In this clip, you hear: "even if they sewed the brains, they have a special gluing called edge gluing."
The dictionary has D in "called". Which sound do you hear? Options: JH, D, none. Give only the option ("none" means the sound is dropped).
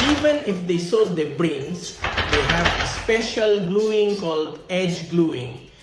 D